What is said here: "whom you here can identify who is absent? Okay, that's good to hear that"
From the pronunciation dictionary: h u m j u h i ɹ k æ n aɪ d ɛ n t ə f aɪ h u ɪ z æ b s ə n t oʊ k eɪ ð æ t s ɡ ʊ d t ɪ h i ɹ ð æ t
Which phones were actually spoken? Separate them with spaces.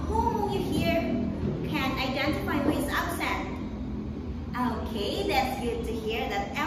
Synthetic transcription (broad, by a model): h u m j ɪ h i ɹ k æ n aɪ d ɛ n t ə f aɪ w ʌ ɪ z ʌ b s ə t oʊ k eɪ ð æ t s ɡ ʊ d t ɪ h i ɹ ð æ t